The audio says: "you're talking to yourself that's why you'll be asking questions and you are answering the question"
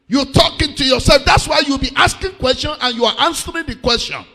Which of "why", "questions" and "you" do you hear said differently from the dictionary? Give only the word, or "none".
questions